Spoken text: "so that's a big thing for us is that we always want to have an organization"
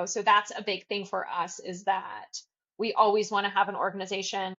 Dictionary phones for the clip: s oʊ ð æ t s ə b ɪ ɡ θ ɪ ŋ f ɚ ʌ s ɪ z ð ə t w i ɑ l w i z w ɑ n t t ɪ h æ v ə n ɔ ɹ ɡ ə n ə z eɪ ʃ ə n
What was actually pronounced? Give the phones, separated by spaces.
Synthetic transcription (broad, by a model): s oʊ ð æ t s ə b ɪ ɡ θ ɪ ŋ f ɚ ʌ s ɪ z ð ə t w i ɑ l w i z w ɑ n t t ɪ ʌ v ə n ɔ ɹ ɡ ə n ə z eɪ ʃ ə n